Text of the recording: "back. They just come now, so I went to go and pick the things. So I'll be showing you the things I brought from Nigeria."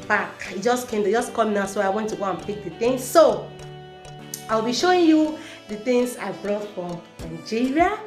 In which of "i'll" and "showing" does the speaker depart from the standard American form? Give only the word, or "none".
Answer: none